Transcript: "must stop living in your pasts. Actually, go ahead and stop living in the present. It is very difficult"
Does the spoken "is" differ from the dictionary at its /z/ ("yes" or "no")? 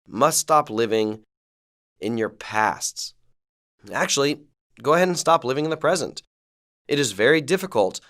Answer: no